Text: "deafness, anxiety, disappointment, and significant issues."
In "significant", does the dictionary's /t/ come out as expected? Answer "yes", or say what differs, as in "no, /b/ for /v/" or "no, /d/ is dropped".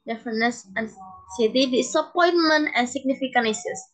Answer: no, /t/ is dropped